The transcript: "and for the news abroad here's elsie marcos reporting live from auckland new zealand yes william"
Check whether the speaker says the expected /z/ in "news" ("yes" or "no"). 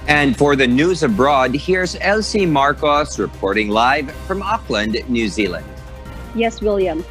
yes